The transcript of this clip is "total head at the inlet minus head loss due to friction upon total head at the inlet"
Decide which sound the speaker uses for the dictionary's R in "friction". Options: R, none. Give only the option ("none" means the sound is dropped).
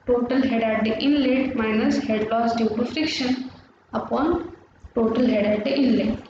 R